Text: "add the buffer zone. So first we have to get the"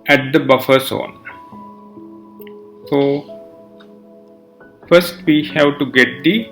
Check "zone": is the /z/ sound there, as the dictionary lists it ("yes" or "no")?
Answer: no